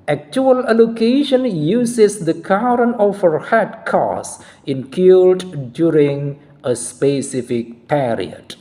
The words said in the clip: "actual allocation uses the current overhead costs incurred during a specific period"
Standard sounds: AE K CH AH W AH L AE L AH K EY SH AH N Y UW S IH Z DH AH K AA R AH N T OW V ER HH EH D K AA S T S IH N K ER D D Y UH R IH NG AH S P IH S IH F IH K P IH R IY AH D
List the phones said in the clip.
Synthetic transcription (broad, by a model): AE K CH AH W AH L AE L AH K EY SH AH N Y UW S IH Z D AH K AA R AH N OW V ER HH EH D K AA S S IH N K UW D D Y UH R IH NG AH S P IH S IH F IH K P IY R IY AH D